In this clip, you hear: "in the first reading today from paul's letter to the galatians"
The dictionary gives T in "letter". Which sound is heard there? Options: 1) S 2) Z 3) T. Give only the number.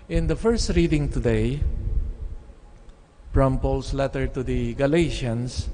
3